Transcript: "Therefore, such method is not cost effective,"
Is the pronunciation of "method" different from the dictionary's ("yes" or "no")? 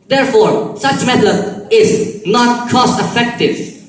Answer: yes